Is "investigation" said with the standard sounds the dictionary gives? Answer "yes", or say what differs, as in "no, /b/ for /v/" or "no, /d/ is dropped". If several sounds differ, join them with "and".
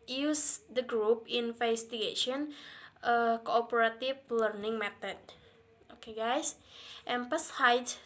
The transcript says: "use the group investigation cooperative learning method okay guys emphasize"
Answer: no, /f/ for /v/